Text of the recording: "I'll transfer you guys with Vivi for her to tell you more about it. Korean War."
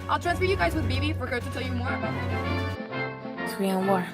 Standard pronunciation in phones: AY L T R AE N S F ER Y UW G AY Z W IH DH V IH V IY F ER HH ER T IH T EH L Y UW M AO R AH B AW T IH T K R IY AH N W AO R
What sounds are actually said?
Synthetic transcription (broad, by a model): AY L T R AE N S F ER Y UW G AY Z W IH DH B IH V IY F ER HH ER T IH T EH L Y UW M AO R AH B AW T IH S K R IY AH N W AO R